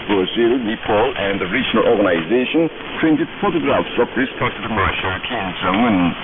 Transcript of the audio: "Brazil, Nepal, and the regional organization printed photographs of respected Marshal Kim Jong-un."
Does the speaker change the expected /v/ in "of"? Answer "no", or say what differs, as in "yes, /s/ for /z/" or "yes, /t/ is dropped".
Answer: yes, /f/ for /v/